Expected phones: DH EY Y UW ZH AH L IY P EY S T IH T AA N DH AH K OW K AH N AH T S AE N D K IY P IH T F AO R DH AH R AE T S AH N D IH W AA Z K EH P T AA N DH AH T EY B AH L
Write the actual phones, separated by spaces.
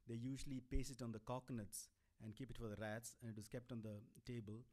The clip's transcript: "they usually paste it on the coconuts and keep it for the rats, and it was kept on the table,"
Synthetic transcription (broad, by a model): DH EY Y UW ZH AH L IY P EY S IH T AA N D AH K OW K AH N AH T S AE N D K IY P IH T F AO R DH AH R AE T S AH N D IH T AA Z K EH P T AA N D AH T EY B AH L